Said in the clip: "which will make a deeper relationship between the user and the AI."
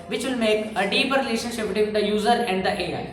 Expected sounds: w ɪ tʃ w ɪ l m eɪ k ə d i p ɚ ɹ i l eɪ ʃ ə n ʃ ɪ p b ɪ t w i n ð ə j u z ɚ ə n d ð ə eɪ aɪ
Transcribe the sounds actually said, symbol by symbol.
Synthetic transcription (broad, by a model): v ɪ tʃ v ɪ l m eɪ k ə d i p ɚ ɹ i l eɪ ʃ ə n ʃ ɪ p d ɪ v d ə j u z ɚ ə n d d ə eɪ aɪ